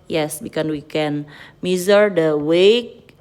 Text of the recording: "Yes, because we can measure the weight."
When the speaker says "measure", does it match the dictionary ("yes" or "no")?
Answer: no